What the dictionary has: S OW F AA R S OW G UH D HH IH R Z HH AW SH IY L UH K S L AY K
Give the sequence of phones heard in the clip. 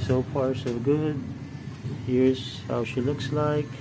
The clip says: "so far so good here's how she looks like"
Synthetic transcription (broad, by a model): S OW P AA R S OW G UH D HH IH R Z HH AW SH IY L UH K S L AY K